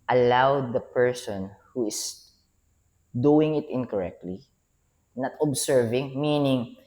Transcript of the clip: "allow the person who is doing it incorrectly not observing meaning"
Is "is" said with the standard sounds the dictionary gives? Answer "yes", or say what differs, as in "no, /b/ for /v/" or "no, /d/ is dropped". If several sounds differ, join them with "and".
no, /s/ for /z/